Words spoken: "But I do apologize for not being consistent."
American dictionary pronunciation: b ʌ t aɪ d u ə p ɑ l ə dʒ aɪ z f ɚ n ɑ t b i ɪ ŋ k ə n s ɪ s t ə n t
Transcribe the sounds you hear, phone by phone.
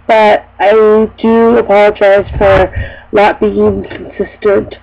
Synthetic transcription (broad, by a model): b ʌ t aɪ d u ə p ɑ l ə dʒ aɪ z f ɚ l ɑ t b i ɪ ŋ k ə n s ɪ s t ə n t